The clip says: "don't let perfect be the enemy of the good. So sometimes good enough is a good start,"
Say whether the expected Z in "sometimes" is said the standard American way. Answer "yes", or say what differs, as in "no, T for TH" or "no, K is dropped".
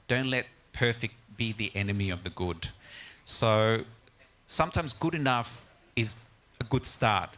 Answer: yes